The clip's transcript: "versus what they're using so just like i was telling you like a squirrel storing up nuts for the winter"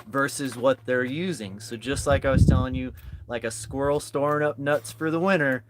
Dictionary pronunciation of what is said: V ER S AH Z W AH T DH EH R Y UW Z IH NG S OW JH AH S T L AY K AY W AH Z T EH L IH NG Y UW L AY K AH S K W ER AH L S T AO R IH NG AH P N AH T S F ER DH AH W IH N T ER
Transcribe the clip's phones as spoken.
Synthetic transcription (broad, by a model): V ER S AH Z W AH T DH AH R Y UW Z IH NG S OW JH AH S T L AY K AY W AH Z T EH L IH NG Y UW L AY K AH S K W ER L S T AO R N AH P N AH T S F ER DH AH W IH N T ER